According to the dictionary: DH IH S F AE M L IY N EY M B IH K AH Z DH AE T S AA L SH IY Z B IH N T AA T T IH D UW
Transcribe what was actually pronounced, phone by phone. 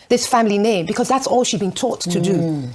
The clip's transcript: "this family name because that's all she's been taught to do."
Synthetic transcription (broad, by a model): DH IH S F AE M L IY N EY M B IH K AH Z DH AE T S AA L SH IY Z B IH N T AA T T IH D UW